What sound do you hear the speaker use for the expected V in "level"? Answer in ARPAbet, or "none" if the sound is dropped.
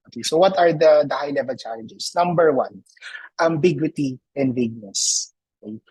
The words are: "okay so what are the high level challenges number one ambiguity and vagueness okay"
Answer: V